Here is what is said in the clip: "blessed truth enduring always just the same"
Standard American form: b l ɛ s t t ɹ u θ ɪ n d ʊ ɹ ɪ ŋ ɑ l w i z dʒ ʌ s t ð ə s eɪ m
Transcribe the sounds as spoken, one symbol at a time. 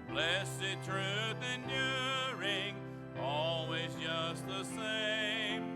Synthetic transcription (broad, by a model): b l ɛ s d t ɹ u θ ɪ n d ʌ ɹ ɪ ŋ ɑ l w i z dʒ ʌ s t ð ə s eɪ m